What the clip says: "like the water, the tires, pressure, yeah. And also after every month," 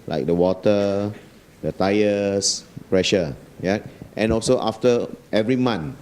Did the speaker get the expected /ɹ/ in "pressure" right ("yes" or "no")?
yes